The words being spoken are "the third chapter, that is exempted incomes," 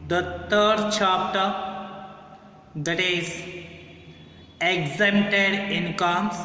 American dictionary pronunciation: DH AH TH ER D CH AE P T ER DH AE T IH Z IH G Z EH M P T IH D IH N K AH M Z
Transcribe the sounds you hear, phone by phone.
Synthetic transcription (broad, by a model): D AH T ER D CH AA P T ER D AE T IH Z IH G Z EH M T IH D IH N K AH M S